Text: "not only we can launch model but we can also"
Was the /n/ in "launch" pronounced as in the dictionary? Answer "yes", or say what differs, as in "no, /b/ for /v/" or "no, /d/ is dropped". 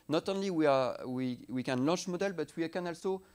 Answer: no, /n/ is dropped